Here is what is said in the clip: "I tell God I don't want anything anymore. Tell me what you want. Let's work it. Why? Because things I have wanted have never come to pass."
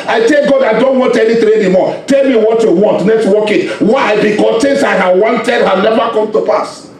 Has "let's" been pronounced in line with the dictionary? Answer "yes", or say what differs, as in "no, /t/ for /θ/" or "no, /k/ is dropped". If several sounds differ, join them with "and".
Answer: no, /n/ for /l/